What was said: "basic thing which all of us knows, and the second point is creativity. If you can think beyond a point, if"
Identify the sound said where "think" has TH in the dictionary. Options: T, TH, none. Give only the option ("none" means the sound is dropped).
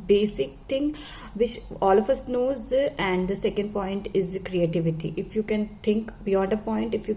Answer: T